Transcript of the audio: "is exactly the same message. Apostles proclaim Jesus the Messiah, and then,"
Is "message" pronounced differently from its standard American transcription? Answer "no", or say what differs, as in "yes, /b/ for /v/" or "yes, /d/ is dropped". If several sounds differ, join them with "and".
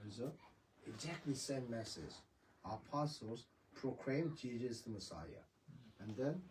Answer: yes, /z/ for /dʒ/